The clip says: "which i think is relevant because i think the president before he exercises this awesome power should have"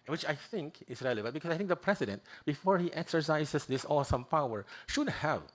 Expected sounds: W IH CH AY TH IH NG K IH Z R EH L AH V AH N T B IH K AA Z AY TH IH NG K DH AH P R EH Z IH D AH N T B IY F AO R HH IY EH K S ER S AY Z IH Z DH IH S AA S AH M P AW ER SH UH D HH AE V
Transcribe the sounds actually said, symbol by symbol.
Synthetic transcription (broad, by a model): W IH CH AY TH IH NG K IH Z R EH L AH B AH T B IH K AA S AY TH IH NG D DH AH P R EH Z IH D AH N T B IY F AO R HH IY EH K S ER S AY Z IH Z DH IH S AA S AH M P AW ER SH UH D HH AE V